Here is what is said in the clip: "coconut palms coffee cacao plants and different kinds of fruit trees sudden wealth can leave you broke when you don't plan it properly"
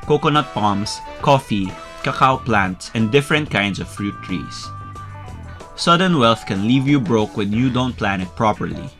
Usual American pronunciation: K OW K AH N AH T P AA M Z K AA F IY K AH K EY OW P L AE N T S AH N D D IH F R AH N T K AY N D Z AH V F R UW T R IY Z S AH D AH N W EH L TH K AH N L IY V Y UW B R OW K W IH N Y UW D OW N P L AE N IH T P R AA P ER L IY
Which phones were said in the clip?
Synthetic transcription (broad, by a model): K OW K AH N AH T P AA M S K AA F IY K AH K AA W P L AE N T S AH N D D IH F R AH N T K AY N D S AH V F R UW T R IY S S AH D AH N W EH L TH K AH N L IY V Y UW B R OW K W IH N Y UW D OW N P L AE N IH T P R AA P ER L IY